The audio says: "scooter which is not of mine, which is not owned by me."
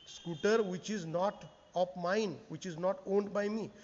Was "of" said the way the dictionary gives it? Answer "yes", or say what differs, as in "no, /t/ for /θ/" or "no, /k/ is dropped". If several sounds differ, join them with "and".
no, /p/ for /v/